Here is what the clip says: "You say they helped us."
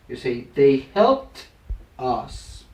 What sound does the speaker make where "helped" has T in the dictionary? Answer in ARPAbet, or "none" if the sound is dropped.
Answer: T